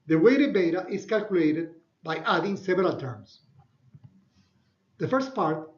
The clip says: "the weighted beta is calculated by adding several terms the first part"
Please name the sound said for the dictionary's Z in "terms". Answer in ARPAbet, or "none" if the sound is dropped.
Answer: S